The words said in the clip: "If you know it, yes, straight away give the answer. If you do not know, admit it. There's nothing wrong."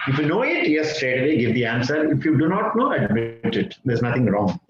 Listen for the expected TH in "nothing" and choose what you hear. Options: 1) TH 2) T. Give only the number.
2